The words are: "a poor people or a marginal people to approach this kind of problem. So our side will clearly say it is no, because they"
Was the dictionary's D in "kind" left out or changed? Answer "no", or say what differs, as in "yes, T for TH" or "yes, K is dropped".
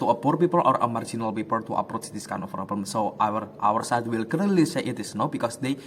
yes, D is dropped